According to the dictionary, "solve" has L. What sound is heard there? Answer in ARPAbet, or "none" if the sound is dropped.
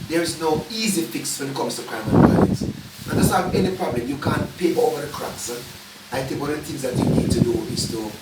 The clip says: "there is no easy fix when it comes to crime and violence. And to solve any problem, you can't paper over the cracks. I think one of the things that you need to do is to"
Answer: none